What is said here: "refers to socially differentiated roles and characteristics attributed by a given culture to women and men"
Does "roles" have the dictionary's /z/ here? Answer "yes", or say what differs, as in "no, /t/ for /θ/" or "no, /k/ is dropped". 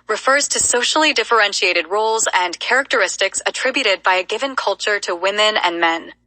yes